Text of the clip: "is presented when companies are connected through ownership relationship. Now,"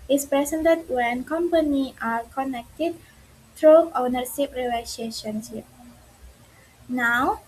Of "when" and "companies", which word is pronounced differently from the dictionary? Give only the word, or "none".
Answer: companies